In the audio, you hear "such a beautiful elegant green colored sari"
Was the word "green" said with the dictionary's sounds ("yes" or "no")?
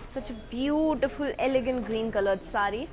yes